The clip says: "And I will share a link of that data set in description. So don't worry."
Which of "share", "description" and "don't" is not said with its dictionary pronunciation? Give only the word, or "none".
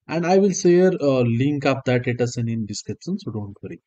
share